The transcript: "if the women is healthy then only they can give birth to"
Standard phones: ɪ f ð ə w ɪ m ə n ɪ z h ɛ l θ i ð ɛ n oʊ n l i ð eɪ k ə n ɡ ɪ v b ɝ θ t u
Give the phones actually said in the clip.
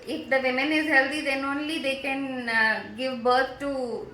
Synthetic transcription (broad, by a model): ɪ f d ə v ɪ m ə n ɪ z h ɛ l t i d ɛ n oʊ n l i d eɪ k ə n ɡ ɪ v b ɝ t t u